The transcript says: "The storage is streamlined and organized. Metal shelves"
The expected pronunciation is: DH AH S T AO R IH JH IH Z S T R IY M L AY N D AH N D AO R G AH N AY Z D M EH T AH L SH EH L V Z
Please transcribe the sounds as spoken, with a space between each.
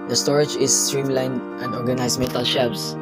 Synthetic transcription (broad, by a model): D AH S T AO R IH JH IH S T R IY M L AY N AH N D AO R G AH N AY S M EH T AH L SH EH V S